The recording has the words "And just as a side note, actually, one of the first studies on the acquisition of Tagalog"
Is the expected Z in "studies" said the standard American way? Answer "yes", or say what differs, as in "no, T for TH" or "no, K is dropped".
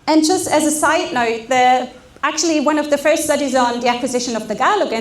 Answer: yes